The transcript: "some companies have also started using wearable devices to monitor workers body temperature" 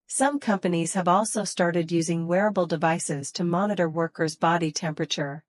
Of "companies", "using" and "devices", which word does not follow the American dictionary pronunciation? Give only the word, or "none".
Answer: none